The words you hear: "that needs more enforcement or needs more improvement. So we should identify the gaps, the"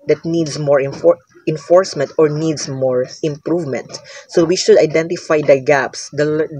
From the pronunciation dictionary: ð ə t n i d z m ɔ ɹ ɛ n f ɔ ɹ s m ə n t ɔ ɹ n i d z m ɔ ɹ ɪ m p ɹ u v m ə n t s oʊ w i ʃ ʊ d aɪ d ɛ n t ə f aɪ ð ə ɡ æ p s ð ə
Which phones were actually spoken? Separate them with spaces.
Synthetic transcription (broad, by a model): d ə t n i d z m ɔ ɹ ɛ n f ɔ ɹ s m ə n t ɔ ɹ n i d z m ɔ ɹ ɪ m p ɹ u v m ə n t s oʊ w i ʃ ʊ d aɪ d ɛ n t ə f aɪ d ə ɡ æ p s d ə